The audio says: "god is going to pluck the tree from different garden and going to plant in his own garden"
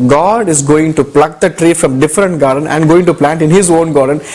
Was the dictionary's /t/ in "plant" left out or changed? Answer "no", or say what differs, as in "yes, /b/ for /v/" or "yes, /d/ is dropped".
no